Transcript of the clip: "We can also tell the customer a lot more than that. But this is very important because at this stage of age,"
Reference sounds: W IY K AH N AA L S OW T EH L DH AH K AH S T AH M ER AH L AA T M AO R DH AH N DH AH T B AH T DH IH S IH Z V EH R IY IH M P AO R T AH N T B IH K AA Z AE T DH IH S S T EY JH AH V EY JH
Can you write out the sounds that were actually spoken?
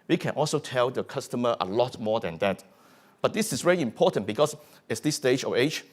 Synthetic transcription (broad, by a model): W IY K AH N AA L S OW T EH L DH AH K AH S T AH M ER AH L AA T M AO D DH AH N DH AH T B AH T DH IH S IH S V EH R IY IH M P AO T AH N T B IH K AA S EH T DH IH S S T EY JH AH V EY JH